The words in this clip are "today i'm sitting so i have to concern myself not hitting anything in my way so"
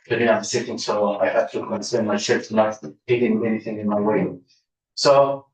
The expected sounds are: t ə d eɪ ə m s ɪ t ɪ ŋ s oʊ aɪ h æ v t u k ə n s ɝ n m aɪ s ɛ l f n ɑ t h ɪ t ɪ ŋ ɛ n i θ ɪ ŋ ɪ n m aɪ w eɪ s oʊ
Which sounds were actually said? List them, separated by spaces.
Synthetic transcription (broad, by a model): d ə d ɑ ə m s ɪ t ɪ ŋ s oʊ aɪ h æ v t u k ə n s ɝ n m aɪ ʃ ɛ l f n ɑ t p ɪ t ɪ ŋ ɛ n i θ ɪ ŋ ɪ n m aɪ w eɪ s oʊ